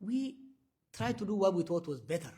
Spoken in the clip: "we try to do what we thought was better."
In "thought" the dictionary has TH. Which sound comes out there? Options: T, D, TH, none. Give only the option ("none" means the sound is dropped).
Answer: T